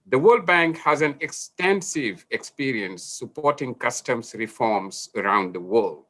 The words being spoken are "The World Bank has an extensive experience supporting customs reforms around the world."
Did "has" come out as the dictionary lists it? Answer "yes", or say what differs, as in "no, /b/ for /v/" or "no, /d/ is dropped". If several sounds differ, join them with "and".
yes